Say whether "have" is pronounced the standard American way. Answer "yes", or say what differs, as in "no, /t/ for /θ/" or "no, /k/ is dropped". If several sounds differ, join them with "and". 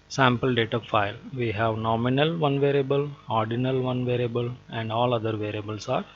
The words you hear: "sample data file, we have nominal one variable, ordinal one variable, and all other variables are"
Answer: yes